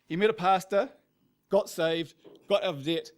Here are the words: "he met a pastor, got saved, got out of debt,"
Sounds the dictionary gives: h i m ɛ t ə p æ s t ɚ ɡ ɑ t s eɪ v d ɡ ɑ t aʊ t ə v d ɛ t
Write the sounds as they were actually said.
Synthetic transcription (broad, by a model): h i m ɛ t ə p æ s t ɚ ɡ ɑ t s eɪ v d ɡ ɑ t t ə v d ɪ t